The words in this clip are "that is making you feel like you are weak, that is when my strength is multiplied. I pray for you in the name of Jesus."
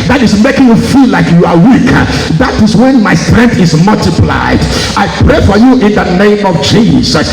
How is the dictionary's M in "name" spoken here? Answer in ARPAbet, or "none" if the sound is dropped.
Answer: M